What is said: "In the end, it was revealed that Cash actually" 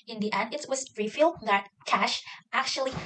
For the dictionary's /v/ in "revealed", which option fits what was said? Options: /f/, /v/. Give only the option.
/f/